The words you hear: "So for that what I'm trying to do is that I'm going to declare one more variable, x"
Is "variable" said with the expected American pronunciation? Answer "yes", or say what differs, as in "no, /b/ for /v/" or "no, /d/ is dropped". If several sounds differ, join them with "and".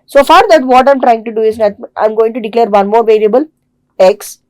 no, /l/ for /ɹ/